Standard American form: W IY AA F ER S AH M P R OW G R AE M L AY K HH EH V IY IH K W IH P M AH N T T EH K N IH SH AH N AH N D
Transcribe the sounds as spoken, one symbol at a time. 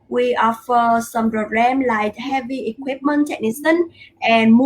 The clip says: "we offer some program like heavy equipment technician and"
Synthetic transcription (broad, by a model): W IY AA F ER S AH M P R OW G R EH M L AY K HH EH V IY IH K W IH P M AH N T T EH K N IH S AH N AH N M